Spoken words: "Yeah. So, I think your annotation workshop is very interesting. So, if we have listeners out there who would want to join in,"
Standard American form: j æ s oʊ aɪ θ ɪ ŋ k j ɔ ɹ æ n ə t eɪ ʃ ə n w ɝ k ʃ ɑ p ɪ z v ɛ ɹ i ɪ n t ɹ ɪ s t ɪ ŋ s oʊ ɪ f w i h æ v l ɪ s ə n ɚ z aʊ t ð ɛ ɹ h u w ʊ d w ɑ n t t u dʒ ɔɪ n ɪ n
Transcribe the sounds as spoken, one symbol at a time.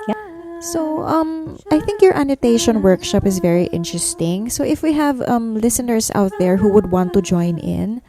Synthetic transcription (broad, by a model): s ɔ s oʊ aɪ θ ɪ ŋ k j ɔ ɹ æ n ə t eɪ ʃ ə n w ɝ k ʃ ɑ p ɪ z v ɛ ɹ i ɪ n t ɹ ɪ s t ɪ ŋ s oʊ ɪ f w i h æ v l ɪ s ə n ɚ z aʊ t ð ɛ ɹ h u w ʊ d w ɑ n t t u dʒ ɔɪ n ɪ n